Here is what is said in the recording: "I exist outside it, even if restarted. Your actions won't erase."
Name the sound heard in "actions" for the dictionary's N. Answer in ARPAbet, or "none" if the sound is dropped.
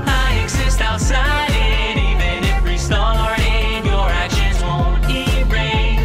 none